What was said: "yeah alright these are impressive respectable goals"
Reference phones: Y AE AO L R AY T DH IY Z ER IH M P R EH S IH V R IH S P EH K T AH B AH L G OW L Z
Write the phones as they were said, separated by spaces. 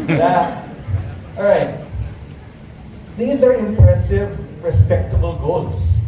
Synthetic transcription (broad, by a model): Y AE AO R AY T DH IY Z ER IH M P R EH S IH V R IH S P EH K T AH B AH L G OW L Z